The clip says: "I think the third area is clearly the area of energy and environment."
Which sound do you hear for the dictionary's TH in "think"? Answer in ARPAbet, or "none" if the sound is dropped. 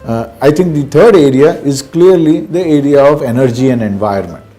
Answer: T